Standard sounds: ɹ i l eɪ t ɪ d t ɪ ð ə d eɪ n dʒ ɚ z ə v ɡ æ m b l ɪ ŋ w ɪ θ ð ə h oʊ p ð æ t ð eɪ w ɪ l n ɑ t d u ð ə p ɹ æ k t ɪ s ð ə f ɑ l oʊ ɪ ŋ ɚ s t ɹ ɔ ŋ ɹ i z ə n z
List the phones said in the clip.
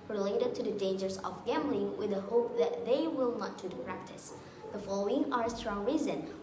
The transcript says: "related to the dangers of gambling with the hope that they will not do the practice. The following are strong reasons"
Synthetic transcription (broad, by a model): ɹ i l eɪ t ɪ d t ɪ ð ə d eɪ n dʒ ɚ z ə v ɡ æ m b l ɪ ŋ w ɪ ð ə h oʊ p ð æ t ð eɪ w ɪ l n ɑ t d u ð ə p ɹ æ k t ɪ s ð ə f ɑ l oʊ ɪ ŋ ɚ s t ɹ ɔ ŋ ɹ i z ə n